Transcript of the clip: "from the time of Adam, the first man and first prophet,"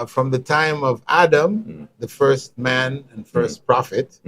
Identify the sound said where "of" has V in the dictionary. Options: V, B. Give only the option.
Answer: V